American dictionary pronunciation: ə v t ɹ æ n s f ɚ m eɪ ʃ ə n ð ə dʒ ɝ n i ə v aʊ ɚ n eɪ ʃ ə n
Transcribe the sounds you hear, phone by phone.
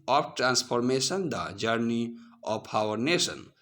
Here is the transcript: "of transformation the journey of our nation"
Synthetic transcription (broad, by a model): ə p t ɹ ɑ n s p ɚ m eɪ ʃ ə n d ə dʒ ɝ n i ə p aʊ ɚ n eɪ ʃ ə n